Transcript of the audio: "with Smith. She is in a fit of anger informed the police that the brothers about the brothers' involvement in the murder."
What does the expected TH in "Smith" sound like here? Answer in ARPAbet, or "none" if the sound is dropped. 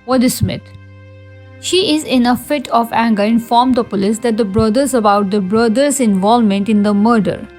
T